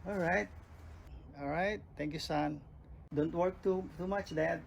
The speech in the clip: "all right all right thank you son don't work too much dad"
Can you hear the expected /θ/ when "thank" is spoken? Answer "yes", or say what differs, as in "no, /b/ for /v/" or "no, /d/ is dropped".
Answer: no, /t/ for /θ/